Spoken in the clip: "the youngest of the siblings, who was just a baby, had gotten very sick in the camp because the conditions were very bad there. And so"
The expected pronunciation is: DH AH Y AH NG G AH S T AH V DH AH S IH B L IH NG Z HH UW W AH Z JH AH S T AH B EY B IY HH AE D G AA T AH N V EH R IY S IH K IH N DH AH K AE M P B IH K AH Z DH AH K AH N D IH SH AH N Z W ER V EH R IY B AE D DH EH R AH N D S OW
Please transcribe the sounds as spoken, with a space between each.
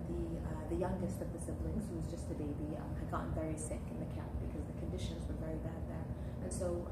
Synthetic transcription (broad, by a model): DH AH Y AH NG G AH S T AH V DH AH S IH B L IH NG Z HH UW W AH Z JH AH S T AH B EY B IY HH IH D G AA T N V EH R IY S IH K IH N DH AH K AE P B IH K AH Z DH AH K AH N D IH SH AH N Z W ER V EH R IY B AE D DH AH R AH N S OW